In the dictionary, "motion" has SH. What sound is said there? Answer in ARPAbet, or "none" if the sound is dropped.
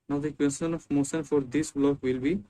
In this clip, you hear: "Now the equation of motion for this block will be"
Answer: S